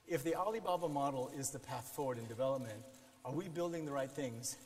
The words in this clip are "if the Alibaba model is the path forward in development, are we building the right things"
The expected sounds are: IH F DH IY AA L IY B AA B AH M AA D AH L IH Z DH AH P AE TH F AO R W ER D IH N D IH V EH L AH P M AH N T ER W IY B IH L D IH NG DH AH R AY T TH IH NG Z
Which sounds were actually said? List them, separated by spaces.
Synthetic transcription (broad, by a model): IH F DH IY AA L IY B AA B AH M AA D L IH Z DH AH P AE TH F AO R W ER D IH N D IH V EH L AH P M AH N T ER W IY B IH L D IH NG DH AH R AY T TH IH NG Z